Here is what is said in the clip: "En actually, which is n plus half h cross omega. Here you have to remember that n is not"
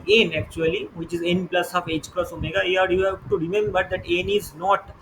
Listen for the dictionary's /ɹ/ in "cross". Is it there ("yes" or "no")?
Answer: yes